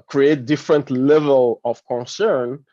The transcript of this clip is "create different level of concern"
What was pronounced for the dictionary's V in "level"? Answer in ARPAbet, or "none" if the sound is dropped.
V